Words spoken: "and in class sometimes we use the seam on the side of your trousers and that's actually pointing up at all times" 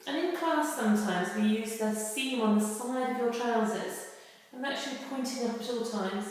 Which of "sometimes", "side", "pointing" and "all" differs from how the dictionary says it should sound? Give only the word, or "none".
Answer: none